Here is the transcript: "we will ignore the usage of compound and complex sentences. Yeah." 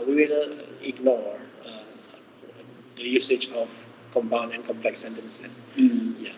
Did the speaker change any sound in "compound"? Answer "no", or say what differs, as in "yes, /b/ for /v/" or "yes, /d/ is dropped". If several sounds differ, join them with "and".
yes, /d/ is dropped